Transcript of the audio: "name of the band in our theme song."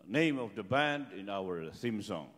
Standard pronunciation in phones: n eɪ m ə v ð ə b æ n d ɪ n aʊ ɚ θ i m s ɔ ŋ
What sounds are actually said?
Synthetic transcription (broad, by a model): n eɪ m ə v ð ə b æ n d ɪ n aʊ ɚ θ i m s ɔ ŋ